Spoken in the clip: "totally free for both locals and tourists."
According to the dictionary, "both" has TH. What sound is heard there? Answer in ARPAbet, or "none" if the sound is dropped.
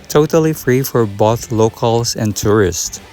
TH